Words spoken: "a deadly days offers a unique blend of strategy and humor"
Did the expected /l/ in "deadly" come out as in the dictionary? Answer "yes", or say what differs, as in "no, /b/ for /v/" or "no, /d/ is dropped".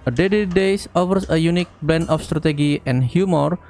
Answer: no, /l/ is dropped